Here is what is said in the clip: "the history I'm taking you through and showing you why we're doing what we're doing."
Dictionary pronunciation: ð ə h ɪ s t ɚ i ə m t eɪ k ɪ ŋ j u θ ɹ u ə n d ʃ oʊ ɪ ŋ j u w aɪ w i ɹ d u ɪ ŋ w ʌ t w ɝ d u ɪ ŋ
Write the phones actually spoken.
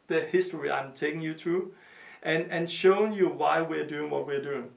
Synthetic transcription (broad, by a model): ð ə h ɪ s t ɚ i ə m t eɪ k ɪ ŋ j u t ɹ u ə n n ʃ oʊ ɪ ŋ j u w aɪ w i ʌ d u ɪ ŋ w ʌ t w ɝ d u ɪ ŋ